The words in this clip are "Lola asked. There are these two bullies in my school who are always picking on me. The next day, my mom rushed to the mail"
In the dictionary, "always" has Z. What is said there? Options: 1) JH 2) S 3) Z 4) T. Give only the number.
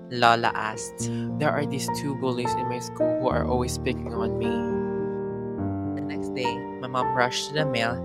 2